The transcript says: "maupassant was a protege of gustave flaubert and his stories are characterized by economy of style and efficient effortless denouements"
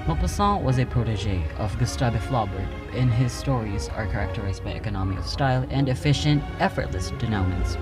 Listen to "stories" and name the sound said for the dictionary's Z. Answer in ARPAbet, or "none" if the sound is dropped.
Z